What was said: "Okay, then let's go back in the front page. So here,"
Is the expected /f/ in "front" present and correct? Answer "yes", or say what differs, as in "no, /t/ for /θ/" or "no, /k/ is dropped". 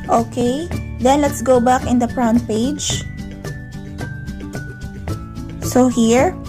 no, /p/ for /f/